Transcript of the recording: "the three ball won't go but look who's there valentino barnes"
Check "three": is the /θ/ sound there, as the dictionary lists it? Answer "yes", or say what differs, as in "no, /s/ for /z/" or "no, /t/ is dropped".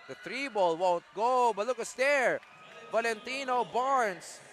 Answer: no, /t/ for /θ/